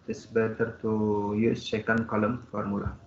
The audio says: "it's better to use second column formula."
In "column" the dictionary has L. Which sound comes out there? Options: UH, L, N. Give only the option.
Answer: L